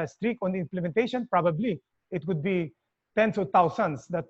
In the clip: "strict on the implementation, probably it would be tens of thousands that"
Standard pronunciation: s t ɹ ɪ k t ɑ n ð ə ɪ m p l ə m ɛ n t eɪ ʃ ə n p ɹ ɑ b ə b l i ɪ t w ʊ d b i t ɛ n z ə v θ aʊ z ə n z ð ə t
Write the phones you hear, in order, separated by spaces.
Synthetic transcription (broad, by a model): s t ɹ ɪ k ɑ n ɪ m p l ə m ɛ n t eɪ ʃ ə n p ɹ ɑ b ə b l i ɪ t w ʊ d b i t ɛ n s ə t aʊ s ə n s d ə t